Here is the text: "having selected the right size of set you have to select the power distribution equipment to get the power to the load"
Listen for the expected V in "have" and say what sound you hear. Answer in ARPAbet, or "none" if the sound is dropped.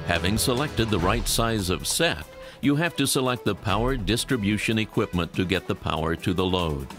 F